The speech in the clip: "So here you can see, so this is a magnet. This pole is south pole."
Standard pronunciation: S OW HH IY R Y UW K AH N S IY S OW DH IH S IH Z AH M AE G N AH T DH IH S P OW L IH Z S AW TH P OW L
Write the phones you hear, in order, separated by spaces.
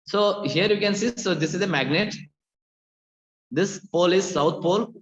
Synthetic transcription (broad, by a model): S OW HH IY R Y UW K AH N S IY S OW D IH S IH Z AH M AE G N AH T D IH S P OW L IH Z S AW T P OW L